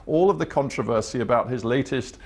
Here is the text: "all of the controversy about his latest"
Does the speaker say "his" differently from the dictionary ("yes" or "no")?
no